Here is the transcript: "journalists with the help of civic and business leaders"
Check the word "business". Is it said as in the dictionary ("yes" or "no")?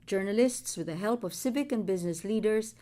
yes